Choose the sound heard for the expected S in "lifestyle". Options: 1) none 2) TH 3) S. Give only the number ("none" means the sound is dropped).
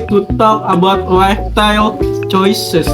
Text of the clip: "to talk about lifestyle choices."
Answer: 1